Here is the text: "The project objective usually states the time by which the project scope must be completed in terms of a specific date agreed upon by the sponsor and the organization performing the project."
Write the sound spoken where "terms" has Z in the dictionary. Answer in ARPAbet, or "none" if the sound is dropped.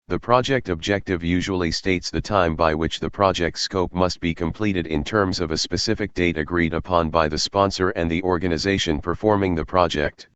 Z